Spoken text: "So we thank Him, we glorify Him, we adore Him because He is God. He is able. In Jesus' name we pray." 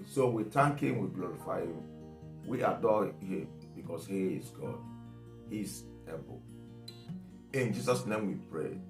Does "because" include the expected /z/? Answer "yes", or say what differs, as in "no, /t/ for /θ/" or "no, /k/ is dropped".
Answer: no, /s/ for /z/